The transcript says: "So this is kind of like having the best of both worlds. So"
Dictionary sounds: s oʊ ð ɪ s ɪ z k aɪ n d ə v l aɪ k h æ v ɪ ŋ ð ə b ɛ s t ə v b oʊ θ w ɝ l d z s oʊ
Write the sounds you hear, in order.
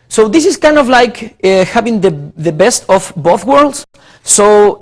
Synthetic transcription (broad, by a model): s oʊ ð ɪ s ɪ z k aɪ n d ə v l aɪ k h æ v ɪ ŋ ð ə b ɛ s t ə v b oʊ θ w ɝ l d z s oʊ